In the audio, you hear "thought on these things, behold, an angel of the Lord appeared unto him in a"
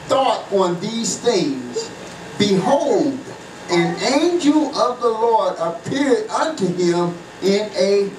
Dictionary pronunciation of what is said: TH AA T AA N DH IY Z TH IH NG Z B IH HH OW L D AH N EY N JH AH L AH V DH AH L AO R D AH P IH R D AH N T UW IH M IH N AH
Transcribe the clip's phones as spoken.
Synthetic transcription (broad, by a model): TH AA T N DH IY Z TH IH NG Z B IH HH OW L D AH N EY N JH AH L AH V DH AH L AO R D AH P IH R D AH N T UW IH M IH N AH